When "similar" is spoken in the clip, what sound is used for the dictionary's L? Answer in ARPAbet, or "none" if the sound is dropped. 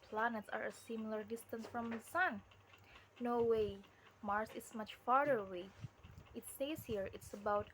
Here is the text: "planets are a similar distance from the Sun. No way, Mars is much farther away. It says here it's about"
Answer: L